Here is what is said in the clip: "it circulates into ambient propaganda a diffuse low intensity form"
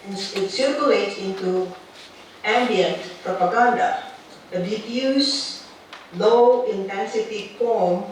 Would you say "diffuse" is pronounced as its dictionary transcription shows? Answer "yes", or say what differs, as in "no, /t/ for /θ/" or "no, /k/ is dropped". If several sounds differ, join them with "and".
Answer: no, /p/ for /f/